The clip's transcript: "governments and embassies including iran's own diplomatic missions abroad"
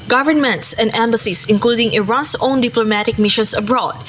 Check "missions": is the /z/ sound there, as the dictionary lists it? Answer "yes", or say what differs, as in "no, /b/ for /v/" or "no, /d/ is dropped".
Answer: no, /s/ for /z/